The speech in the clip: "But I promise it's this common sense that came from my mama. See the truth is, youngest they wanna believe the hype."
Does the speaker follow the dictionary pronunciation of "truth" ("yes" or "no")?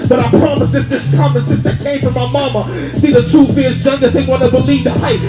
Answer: no